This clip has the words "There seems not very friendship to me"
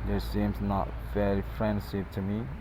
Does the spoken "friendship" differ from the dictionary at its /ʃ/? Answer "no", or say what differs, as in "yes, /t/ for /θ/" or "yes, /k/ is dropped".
yes, /s/ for /ʃ/